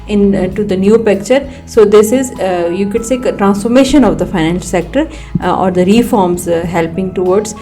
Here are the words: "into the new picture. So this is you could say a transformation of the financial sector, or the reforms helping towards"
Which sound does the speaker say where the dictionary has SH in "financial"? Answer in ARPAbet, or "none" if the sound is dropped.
none